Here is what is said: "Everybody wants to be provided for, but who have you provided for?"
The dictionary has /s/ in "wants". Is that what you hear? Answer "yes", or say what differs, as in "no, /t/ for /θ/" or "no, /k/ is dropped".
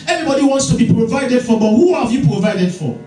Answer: yes